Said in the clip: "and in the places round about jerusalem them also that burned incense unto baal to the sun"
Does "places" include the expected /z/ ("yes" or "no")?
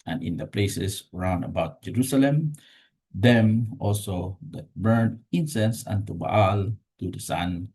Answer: no